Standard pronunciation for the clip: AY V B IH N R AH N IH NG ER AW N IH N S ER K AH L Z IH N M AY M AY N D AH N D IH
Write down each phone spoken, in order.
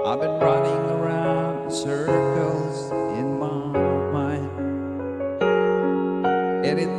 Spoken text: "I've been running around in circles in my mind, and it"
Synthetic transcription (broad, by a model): AY V B IH N R AH N IH NG ER AW N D S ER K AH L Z IH N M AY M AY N AH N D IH